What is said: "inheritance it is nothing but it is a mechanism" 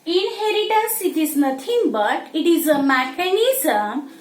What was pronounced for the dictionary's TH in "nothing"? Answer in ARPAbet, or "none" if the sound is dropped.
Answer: T